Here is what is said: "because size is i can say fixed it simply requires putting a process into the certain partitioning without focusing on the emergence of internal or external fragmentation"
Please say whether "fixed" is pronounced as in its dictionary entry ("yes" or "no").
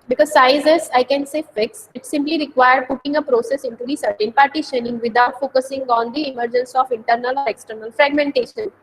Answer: no